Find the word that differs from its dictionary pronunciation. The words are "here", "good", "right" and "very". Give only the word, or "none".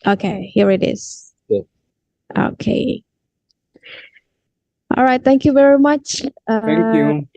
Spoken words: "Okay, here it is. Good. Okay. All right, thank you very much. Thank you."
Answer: good